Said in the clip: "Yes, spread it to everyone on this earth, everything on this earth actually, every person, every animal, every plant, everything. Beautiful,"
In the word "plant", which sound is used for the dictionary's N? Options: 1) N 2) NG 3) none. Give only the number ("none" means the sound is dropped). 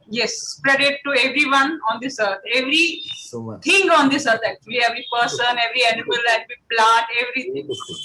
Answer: 3